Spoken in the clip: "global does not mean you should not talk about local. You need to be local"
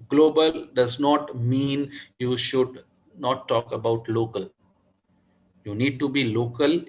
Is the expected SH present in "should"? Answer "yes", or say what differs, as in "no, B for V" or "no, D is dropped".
yes